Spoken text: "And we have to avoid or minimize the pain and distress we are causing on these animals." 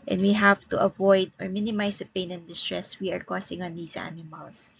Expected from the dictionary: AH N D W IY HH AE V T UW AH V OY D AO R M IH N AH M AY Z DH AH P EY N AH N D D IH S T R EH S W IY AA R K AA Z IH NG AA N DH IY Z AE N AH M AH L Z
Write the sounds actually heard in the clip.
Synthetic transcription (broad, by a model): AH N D W IY HH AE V T UW AH V OY D AO R M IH N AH M AY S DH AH P EY N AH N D D IH S T R EH S W IY AA R K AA S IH NG AA N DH IY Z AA N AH M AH L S